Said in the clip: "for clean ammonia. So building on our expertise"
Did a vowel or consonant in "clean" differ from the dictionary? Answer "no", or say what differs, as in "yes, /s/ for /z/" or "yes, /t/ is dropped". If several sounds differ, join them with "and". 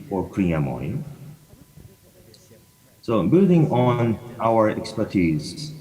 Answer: yes, /n/ is dropped